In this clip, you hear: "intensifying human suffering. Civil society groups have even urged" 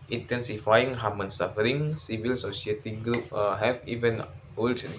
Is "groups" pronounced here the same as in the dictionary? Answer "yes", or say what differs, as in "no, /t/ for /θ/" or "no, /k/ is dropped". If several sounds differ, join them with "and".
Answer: no, /s/ is dropped